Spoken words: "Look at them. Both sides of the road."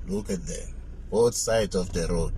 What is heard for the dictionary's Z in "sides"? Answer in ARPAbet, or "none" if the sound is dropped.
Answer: none